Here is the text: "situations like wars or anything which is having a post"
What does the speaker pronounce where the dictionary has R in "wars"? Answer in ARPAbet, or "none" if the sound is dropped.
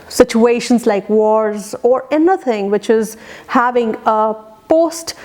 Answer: R